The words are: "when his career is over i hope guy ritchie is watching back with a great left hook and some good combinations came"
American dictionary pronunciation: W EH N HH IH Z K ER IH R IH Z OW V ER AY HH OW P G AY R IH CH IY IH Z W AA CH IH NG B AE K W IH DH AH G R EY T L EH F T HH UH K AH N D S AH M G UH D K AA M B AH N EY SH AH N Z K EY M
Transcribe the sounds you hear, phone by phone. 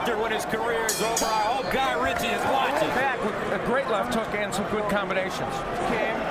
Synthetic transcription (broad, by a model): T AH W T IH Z K ER IH R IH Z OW UH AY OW G AY R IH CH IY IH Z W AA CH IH B AE K W IH DH AH G R EY T L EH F T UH K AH N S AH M G UH D K AA M B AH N EY SH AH N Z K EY